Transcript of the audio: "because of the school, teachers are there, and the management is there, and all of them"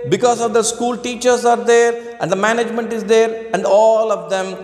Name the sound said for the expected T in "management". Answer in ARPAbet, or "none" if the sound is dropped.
T